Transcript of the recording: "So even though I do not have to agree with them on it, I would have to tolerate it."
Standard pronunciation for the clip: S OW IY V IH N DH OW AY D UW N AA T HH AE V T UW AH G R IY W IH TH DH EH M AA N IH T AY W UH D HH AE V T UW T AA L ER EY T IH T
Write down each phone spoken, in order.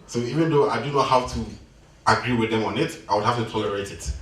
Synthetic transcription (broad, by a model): S OW IY V IH N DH OW AY D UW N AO HH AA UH T UW AH G R IY W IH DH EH M AA N IH T AY W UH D HH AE F T UW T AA ER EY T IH T